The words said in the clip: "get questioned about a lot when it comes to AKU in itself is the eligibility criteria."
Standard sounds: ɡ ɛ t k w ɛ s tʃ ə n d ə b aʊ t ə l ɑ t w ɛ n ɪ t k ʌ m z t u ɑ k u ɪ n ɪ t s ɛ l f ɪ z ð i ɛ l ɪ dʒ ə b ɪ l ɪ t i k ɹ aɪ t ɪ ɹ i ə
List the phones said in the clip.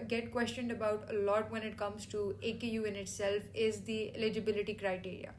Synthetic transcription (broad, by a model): ɡ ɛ t k w ɛ s tʃ ə n d ə b aʊ t ə l ɑ t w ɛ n ɪ t k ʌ m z t u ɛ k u ɪ n ɪ t s ɛ l f ɪ z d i ɛ l ɪ dʒ ə b ɪ l ɪ t i k ɹ aɪ t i ɹ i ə